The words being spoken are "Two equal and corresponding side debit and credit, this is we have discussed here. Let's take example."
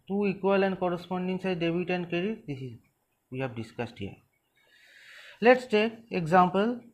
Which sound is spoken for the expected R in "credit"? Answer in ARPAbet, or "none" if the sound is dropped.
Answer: none